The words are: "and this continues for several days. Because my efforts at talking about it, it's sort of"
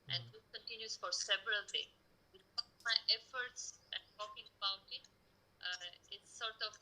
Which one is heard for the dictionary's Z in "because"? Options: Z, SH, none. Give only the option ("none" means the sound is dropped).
none